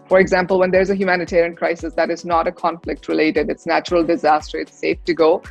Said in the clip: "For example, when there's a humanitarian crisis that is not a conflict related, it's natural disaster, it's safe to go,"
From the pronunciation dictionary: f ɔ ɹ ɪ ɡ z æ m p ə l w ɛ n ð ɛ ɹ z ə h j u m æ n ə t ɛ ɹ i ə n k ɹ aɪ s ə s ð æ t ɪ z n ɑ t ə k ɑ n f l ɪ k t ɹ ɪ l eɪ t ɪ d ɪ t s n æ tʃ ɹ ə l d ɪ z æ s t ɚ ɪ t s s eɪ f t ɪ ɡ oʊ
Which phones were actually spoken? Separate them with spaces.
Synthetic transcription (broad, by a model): f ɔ ɹ ɪ ɡ z æ m p ə l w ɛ n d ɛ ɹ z ə h j u m æ n ə t ɛ ɹ i ə n k ɹ aɪ s ə s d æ t ɪ z n ɑ t ə k ɑ n f l ɪ k t ɹ ɪ l eɪ t ɪ d ɪ t s n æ tʃ ɹ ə l d ɪ z æ s t ɚ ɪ t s s eɪ f t ɪ ɡ oʊ